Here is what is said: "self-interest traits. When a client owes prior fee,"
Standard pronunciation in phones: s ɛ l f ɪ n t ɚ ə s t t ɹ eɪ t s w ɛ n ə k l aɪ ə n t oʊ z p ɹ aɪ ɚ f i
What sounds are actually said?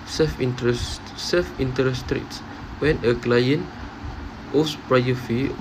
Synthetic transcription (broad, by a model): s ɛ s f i n t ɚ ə s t t ɹ eɪ t s w ɛ n ə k l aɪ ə n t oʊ s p ɹ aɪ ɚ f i